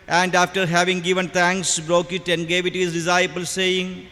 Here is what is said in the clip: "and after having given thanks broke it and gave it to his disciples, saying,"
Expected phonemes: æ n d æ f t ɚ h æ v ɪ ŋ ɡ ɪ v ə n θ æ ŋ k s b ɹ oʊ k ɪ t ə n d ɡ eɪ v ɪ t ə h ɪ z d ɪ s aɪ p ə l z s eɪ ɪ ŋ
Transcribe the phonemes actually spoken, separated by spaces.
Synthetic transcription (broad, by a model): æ n d æ f t ɚ h æ v ɪ ŋ ɡ ɪ v ə n t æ ŋ k s b ɹ oʊ k ɪ t ə n d ɡ eɪ v ɪ t ə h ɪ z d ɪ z aɪ b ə l s eɪ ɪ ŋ